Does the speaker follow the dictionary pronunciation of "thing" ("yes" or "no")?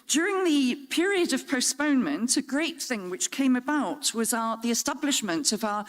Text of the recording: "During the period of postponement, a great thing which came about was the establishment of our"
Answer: yes